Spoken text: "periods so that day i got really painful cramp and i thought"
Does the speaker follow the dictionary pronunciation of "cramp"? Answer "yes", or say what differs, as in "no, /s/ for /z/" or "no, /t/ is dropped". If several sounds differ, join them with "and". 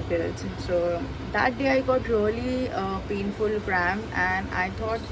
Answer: no, /p/ is dropped